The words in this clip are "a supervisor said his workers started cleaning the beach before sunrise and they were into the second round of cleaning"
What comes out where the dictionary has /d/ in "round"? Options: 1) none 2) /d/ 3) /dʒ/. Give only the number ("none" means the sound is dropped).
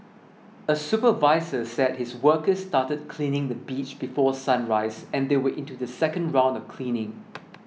2